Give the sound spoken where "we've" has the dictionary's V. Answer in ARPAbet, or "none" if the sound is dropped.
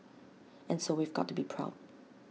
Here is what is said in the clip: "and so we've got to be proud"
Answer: V